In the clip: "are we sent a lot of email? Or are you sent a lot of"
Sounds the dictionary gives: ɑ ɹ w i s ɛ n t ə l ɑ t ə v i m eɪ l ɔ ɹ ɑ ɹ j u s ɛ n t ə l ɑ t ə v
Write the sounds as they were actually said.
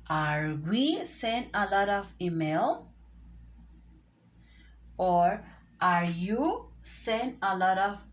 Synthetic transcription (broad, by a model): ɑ ɹ w i s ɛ n ə l ɑ t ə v i m eɪ l ɔ ɹ ɑ ɹ j u s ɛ n ə l ɑ t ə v